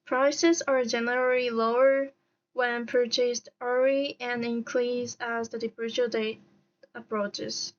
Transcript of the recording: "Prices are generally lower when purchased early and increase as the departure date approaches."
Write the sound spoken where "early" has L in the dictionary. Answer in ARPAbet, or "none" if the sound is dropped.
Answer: none